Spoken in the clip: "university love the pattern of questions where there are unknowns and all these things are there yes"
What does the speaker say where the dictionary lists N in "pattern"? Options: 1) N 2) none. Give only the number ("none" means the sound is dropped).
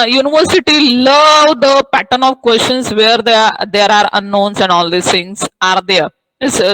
1